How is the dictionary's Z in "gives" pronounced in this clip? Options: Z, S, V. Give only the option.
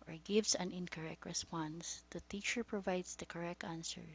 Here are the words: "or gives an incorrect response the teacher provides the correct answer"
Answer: S